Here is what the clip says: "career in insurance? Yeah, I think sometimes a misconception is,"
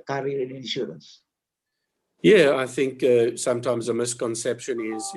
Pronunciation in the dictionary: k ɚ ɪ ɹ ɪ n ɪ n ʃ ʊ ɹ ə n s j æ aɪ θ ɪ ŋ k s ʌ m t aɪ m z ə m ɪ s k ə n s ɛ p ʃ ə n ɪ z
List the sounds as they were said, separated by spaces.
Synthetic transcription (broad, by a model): k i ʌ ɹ ɪ n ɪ n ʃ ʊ ɹ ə n s j æ aɪ θ ɪ ŋ k s ʌ m t aɪ m z ə m ɪ s k ə n s ɛ p ʃ ə n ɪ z